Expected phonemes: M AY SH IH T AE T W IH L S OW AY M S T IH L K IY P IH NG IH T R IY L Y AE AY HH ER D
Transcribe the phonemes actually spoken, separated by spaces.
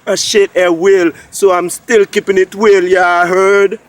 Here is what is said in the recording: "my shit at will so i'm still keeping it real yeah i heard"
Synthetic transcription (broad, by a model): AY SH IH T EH W IH L S OW AY M S T IH L K IY P IH NG IH T W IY L Y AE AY HH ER D